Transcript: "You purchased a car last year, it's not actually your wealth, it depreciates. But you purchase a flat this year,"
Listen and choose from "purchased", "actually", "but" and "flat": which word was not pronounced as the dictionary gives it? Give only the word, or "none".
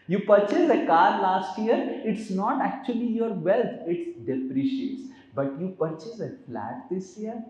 purchased